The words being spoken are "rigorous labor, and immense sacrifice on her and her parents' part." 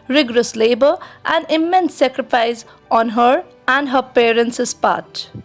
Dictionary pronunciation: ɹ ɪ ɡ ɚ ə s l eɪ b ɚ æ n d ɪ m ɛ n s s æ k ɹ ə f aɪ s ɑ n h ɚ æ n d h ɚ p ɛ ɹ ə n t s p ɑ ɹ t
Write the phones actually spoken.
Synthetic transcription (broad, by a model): ɹ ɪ ɡ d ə s l eɪ b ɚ æ n d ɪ m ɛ n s s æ k ɹ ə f aɪ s ɑ n h ɚ æ n d h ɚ p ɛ ɹ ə n s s p ɑ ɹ t